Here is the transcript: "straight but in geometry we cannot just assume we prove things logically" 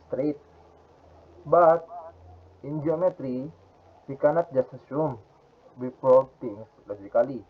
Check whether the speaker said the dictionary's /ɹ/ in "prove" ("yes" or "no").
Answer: no